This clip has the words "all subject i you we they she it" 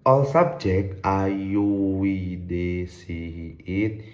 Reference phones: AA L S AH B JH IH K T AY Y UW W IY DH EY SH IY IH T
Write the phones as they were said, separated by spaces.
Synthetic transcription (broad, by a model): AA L S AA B JH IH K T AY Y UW W IY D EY S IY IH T